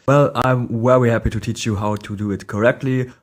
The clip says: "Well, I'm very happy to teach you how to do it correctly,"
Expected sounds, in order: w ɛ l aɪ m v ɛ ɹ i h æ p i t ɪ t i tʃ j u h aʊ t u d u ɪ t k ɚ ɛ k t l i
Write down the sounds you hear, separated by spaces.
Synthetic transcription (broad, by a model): w ɛ l aɪ m w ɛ w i h æ p i t ɪ t i tʃ j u h aʊ t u d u ɪ t k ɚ ɛ k t l i